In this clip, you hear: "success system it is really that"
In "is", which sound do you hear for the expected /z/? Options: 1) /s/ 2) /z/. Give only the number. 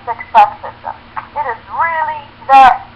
2